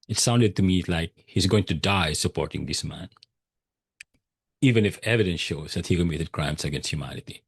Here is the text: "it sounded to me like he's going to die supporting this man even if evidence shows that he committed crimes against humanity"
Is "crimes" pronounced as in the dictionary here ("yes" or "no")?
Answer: no